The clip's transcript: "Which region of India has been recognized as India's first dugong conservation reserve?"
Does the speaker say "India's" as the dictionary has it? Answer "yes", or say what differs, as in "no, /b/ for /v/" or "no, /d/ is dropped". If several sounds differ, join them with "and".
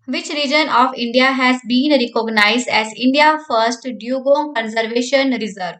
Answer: no, /z/ is dropped